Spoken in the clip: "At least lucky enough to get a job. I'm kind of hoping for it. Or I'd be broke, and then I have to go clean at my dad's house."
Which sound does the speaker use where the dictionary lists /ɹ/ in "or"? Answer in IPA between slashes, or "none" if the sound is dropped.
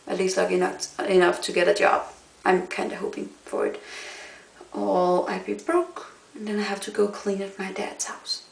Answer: /l/